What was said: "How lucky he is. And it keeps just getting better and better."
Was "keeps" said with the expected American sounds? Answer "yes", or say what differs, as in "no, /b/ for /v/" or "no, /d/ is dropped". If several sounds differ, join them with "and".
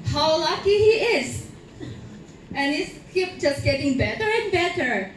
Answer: no, /s/ is dropped